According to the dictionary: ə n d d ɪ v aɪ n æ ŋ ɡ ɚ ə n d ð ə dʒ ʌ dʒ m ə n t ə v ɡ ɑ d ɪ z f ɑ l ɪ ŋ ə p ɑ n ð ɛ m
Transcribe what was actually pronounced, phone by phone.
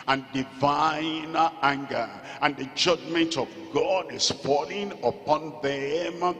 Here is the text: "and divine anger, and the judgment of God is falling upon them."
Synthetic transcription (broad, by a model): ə n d d ɪ v aɪ n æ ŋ ɡ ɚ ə n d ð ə dʒ ʌ dʒ m ə n t ə v ɡ ɑ d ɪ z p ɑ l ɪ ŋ ə p ɑ n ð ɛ m